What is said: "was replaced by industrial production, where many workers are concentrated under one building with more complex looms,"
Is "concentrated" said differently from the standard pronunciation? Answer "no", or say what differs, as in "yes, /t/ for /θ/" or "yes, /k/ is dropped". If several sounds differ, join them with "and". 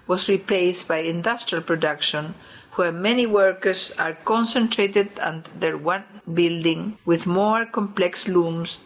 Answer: no